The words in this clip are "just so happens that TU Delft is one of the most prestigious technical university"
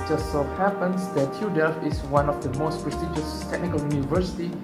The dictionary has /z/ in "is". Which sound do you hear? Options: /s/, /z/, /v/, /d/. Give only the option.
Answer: /s/